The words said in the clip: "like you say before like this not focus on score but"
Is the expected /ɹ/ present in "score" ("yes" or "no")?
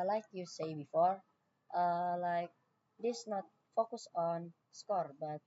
yes